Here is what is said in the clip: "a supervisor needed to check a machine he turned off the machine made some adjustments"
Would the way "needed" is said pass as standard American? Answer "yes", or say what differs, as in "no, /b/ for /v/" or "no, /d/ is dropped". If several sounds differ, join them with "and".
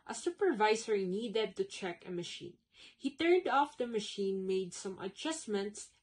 yes